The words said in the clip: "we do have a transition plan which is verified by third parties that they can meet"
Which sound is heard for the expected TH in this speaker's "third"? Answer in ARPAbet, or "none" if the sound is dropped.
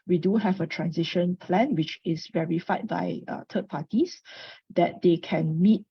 T